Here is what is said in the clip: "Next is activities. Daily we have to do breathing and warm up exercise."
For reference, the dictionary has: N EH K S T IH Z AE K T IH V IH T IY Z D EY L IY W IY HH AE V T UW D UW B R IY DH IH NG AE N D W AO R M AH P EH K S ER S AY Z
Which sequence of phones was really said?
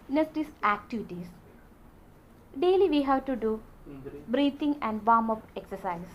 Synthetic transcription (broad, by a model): N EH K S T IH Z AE K T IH V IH T IY S D EY L IY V IY HH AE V T UW D UW B R IY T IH NG AE N D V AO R M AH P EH K S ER S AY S